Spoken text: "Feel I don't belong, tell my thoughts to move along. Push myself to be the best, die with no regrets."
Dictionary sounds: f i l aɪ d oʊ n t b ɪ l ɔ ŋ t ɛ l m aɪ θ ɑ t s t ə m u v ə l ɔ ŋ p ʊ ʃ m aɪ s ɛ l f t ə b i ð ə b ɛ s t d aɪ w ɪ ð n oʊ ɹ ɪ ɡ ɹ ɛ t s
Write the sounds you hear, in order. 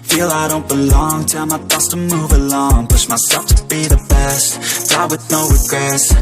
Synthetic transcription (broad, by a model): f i l aɪ d oʊ n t b ɪ l ɔ ŋ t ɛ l m aɪ t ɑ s t ə m u v ə l ɔ ŋ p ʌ s m aɪ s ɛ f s t ə b i ð ə b ɛ s t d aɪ w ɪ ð n oʊ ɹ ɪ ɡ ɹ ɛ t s